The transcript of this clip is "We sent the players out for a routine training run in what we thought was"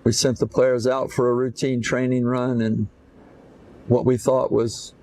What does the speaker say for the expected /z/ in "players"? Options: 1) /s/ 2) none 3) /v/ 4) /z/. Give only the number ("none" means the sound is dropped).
4